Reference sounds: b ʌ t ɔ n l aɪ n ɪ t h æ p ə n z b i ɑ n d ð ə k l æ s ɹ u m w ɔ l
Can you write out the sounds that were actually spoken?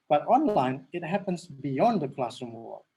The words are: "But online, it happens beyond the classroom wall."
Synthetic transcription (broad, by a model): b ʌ t ɔ n l aɪ n ɪ t h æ p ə n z b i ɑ n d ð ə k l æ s u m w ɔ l